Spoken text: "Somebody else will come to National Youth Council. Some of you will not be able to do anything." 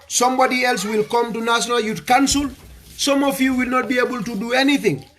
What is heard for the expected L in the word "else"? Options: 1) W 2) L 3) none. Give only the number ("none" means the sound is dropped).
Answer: 2